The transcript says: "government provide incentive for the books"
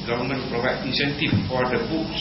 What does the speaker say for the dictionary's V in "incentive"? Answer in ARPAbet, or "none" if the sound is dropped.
F